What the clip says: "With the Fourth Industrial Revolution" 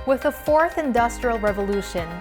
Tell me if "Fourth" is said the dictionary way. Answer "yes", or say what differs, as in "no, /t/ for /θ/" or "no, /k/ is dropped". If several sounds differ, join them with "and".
yes